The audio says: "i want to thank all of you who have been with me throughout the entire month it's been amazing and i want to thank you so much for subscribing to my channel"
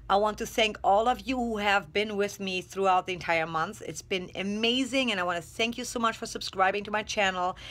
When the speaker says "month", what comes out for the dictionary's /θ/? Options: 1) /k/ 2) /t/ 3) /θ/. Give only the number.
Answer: 3